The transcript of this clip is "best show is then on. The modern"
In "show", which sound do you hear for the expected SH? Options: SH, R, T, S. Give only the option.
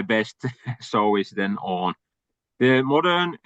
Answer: S